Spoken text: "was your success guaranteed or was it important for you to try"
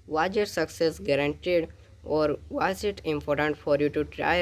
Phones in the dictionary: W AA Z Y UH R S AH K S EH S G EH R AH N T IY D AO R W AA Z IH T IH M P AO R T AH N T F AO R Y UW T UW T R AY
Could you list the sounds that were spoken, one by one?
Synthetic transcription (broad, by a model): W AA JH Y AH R S AH K S EH S G EH R AH N T IY D AO R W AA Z IH T IH M P AO R T AH N T F AO R Y UW T UW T R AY